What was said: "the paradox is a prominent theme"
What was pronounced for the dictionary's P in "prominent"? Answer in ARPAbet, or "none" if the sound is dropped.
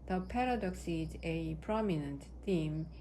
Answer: P